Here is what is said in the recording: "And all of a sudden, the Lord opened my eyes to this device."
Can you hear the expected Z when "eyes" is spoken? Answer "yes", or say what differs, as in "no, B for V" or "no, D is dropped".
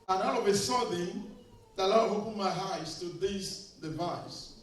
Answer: no, S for Z